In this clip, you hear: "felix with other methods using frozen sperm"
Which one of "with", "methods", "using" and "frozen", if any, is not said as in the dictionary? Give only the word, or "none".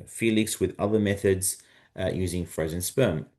none